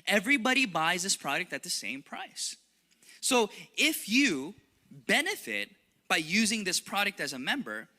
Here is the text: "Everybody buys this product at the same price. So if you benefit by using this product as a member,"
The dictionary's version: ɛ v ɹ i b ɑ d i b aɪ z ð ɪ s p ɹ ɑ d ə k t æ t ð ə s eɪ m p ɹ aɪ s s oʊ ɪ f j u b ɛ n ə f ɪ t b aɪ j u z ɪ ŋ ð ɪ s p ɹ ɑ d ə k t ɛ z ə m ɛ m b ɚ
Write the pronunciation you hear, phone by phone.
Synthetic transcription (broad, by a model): ɛ v ɹ i b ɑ d i b aɪ z ð ɪ s p ɹ ɑ d ə k t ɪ t ð ə s eɪ m p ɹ aɪ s s oʊ ɪ f j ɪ b ɛ n ə f ɪ t b aɪ j u z ɪ ŋ ð ɪ s p ɹ ɑ d ə k t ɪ z ə m ɛ m b ɚ